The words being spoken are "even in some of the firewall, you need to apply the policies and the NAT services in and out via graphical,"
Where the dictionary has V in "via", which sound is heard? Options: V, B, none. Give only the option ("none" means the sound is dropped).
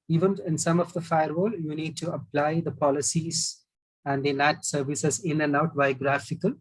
B